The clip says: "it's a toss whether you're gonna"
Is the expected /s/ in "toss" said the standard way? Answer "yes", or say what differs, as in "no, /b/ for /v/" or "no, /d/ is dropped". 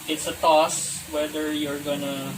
yes